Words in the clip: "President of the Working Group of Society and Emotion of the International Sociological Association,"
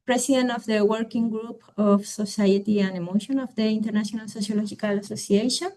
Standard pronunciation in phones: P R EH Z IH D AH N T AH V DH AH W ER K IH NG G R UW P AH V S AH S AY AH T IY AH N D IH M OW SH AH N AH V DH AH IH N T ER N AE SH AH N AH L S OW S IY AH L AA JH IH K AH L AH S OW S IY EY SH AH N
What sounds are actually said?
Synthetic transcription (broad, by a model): P R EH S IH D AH N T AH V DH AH W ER K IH NG G R UW P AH F S AH S AY AH T IY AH N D IH M OW SH AH N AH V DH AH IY N T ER N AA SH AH N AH L S OW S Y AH L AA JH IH K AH L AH S OW S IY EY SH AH N